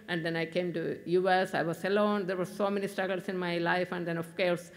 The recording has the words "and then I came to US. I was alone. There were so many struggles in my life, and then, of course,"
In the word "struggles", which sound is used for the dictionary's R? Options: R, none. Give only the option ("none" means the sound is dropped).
none